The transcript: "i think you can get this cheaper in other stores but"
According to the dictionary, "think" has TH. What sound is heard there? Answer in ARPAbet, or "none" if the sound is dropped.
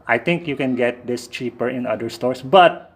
T